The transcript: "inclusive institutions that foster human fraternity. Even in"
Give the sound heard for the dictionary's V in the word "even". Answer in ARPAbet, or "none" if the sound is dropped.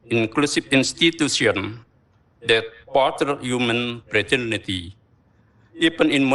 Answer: P